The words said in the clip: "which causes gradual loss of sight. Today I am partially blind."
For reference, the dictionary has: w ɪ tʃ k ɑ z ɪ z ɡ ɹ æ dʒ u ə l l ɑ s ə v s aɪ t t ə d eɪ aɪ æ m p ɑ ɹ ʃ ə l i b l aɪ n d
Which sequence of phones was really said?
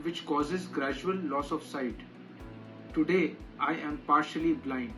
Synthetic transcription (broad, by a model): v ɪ tʃ k ɑ z ɪ z ɡ ɹ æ dʒ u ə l l ɑ s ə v s aɪ t t ə d eɪ aɪ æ m p ɑ ɹ ʃ ə l i b l aɪ n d